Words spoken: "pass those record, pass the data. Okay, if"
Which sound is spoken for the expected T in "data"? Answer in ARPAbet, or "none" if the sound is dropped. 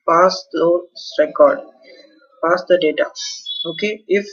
T